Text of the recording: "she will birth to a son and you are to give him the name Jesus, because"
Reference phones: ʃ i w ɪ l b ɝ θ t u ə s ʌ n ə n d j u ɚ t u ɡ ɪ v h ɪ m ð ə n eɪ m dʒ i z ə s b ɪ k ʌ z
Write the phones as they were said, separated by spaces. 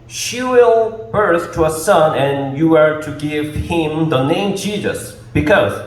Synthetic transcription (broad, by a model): ʃ i w ɪ l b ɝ s t u ə s ʌ n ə n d j u ɚ t u ɡ ɪ v h ɪ m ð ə n eɪ m dʒ i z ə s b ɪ k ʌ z